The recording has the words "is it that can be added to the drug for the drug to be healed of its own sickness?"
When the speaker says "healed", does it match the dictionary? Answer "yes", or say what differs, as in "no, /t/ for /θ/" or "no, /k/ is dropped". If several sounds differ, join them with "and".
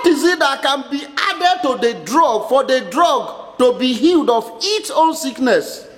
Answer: yes